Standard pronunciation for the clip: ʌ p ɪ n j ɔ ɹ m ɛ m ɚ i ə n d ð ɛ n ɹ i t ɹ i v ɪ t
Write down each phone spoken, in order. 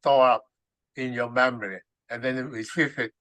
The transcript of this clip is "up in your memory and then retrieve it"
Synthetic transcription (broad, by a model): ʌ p ɪ n j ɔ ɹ m ɛ m ɚ i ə n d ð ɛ n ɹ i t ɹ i f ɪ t